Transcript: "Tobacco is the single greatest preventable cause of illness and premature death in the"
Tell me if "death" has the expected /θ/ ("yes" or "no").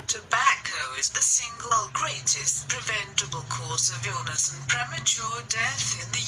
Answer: yes